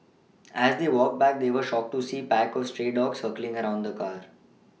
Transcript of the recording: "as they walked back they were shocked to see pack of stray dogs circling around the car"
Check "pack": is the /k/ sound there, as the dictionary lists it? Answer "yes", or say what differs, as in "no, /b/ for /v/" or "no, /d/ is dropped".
yes